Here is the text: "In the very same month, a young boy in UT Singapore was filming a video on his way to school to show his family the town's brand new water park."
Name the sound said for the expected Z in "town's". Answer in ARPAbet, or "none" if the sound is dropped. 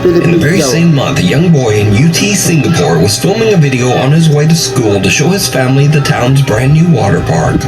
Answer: Z